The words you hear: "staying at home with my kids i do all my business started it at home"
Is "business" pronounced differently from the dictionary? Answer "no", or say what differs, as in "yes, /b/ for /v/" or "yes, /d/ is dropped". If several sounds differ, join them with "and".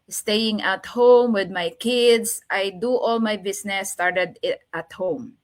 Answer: yes, /s/ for /z/